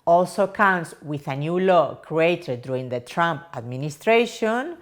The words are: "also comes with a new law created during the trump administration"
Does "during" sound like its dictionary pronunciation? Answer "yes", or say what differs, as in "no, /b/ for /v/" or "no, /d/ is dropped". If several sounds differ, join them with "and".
no, /ɹ/ is dropped